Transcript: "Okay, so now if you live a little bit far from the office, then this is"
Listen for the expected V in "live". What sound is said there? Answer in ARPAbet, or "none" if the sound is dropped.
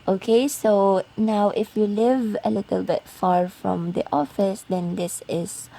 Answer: V